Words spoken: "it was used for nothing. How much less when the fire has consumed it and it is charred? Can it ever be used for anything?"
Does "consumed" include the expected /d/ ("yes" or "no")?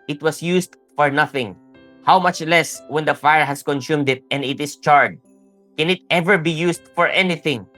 yes